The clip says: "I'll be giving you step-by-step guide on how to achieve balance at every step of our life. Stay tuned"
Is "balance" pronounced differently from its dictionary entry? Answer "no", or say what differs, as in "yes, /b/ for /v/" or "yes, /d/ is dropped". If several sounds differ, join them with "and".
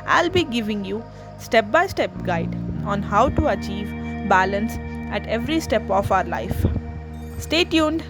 no